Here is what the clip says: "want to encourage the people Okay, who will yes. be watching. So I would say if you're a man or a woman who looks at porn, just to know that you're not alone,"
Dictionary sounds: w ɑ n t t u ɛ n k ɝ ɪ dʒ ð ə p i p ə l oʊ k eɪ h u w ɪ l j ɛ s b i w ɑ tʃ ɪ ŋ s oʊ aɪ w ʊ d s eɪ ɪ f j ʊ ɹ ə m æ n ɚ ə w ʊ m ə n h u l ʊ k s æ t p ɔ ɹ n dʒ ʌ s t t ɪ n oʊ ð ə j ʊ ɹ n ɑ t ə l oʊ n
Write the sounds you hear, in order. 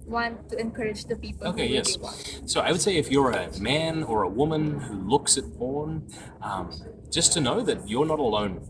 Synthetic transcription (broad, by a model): w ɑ n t t u ɛ n k ɝ ɪ dʒ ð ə p i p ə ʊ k eɪ ɪ j ɛ s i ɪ aɪ w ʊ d s eɪ ɪ f j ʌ ɹ ə m æ n ɚ ə w ʊ m ə n h u l ʊ k s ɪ t b ɔ ɹ n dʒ ʌ s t t ɪ n oʊ ð ə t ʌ ɹ n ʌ t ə l oʊ n